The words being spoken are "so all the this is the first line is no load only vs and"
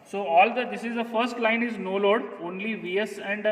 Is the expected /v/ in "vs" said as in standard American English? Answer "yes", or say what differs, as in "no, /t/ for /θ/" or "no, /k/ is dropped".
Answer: yes